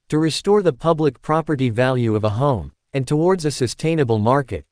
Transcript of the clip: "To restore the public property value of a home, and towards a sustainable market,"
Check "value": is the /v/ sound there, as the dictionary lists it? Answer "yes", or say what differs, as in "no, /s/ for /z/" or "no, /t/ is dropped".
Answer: yes